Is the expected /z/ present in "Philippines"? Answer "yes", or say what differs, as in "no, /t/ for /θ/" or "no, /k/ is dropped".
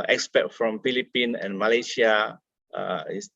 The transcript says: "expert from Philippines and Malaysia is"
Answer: no, /z/ is dropped